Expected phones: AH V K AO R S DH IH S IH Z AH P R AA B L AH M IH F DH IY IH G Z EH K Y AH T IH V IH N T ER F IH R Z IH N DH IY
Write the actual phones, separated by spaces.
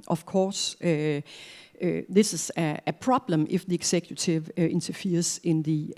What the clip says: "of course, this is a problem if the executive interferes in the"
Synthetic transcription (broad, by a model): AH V K AO S DH IH S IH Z AH P R AA B L AH M IH F DH IY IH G S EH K Y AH S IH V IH N S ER F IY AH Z IH N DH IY